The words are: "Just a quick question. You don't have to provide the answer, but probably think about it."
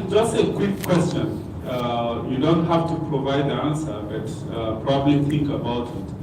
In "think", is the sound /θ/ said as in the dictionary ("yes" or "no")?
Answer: no